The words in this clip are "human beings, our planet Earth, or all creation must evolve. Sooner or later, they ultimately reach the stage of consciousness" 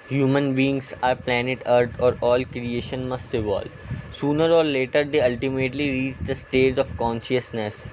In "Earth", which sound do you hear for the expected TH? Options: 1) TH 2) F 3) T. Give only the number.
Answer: 3